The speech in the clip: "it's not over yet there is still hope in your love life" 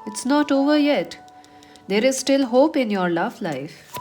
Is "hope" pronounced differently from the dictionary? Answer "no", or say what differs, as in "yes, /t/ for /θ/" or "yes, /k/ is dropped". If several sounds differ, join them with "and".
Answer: no